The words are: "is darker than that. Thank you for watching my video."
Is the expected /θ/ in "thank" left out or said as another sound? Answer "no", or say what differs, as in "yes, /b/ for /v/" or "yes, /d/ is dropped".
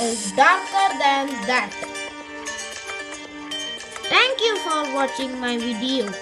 yes, /t/ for /θ/